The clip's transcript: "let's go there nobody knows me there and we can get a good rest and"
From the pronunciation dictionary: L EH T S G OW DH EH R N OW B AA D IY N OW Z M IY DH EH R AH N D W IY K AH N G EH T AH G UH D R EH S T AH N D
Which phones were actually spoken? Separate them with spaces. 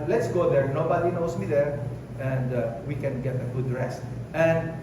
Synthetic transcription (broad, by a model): L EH T S G OW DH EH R N OW B AA D IY N OW S M IY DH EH R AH N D W IY K AH N G EH T AH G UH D R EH S AH N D